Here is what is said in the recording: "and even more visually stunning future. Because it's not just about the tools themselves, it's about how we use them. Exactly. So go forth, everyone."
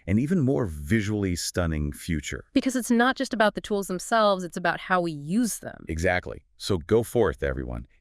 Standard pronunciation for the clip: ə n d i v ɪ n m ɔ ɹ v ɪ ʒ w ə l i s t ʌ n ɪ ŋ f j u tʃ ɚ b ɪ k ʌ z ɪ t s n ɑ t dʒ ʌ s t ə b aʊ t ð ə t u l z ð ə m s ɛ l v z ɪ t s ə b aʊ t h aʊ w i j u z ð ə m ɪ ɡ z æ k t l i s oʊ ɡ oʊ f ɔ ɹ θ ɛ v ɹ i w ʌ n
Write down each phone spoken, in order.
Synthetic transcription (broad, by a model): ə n i v ɪ n m ɔ ɹ v ɪ ʒ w l i s t ʌ n ɪ ŋ f j u tʃ ɚ b ɪ k ʌ z ɪ t s n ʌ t dʒ ʌ s t ə b aʊ t ð ə t u l z ð ə m s ɛ l v z ɪ t s ə b aʊ t h aʊ w i j u z ð ə m ɪ ɡ z æ k t l i s oʊ ɡ oʊ f ɔ ɹ θ ɛ v ɹ i w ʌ n